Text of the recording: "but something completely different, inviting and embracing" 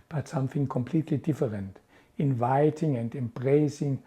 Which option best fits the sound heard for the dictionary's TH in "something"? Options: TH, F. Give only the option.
F